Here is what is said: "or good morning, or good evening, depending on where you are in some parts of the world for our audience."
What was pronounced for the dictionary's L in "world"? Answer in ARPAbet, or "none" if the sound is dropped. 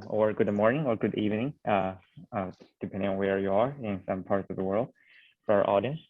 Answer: L